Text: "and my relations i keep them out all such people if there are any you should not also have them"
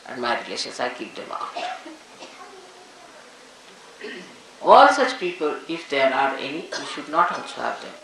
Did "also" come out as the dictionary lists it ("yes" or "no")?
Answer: no